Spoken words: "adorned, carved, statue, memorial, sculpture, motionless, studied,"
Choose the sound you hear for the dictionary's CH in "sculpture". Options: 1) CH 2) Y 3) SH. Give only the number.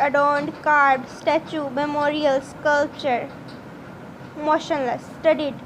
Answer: 1